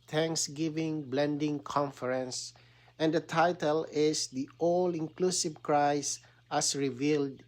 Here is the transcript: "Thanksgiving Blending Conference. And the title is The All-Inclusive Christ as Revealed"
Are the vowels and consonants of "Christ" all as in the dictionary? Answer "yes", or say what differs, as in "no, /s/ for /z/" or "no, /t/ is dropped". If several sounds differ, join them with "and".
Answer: no, /t/ is dropped